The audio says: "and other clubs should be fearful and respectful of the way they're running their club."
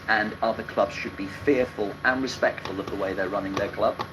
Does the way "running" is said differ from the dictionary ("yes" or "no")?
no